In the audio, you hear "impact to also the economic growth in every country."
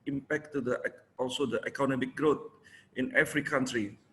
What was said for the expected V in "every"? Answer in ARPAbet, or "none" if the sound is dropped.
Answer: F